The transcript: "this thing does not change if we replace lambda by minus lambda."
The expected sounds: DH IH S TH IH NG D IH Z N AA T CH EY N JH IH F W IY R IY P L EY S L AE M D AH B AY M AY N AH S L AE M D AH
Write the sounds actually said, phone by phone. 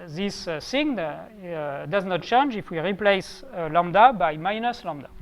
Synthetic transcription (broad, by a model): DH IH S S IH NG D IH Z N AA T CH EY N JH IH F W IY R IY P L EY S L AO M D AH B AY M AY N AH S L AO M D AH